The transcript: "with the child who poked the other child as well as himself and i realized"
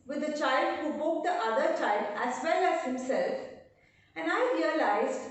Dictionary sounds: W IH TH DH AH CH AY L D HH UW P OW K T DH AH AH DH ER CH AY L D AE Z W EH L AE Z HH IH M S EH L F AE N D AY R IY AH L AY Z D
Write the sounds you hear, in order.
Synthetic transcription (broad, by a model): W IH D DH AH CH AY L D HH UW B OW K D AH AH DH ER CH AY L D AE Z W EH L AE Z HH IH M S EH L F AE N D AY R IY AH L AY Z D